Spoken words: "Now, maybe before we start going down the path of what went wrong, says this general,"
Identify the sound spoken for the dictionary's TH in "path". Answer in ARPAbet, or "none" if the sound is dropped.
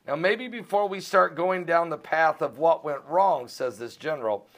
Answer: TH